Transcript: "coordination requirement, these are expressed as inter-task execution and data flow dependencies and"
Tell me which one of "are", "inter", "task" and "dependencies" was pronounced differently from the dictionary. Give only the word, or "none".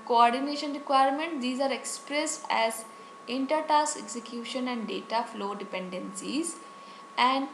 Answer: task